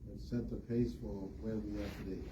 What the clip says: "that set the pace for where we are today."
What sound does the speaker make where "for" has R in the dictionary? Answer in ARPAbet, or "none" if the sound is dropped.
L